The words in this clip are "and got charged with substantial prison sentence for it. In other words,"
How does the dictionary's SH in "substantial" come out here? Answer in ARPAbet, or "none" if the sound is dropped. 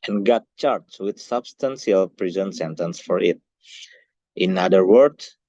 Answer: S